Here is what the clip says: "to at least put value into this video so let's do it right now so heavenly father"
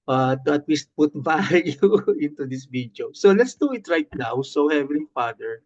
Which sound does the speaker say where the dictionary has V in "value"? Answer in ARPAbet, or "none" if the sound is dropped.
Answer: B